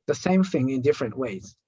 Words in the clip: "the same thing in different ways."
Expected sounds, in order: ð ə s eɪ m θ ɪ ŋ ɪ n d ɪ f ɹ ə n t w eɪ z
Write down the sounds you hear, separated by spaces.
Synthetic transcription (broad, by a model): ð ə s eɪ m θ ɪ ŋ ɪ n d ɪ f ɹ ə n t w eɪ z